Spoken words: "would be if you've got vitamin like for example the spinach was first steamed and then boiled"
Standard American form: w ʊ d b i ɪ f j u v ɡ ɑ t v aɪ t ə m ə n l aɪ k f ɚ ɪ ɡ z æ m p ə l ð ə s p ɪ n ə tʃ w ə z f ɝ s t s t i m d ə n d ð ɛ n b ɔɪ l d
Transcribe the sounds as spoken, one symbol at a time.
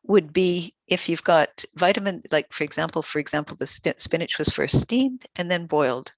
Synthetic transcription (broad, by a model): w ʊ d b i ɪ f j u v ɡ ɑ t v aɪ t ə m ə n l aɪ k f ɚ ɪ ɡ z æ m p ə l ð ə s p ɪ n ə tʃ w ə z f ɝ s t s t i m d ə n ð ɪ n b ɔɪ l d